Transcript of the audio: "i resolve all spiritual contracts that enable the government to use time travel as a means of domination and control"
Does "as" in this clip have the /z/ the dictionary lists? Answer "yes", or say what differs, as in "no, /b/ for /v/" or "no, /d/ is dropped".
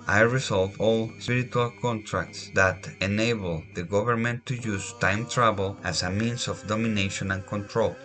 no, /s/ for /z/